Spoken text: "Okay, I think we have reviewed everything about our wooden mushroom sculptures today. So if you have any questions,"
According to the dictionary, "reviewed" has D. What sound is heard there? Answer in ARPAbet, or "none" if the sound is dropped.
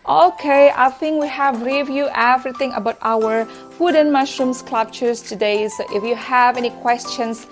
none